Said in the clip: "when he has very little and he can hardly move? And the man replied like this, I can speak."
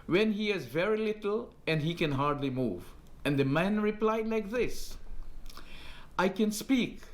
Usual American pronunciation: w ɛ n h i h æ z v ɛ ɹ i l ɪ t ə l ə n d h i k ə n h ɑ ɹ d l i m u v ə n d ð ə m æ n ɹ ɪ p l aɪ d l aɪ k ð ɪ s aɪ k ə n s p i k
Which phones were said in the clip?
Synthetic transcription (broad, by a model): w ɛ n h i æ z v ɛ ɹ i l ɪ t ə l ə n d h i k ə n h ɑ ɹ d l i m u v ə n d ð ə m æ n ɹ ɪ p l aɪ d l aɪ k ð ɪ s aɪ k ə n s p i k